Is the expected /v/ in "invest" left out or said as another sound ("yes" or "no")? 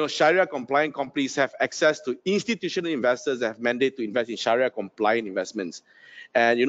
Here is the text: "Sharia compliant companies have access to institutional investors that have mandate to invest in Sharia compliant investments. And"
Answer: no